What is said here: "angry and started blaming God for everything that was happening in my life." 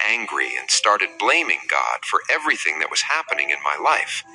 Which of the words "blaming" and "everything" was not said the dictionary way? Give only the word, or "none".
none